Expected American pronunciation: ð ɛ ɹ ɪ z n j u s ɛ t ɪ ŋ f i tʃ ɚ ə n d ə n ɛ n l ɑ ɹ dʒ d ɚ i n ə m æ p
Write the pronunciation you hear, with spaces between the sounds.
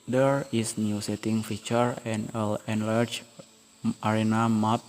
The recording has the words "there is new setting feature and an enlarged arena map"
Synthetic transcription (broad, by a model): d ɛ ɹ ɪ s n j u s ɛ t ɪ ŋ f i tʃ ɚ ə n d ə l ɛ n l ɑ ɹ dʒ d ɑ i n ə m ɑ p